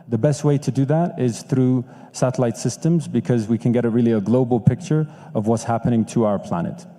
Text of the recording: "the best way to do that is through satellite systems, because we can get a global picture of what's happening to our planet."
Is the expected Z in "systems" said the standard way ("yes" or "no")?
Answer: yes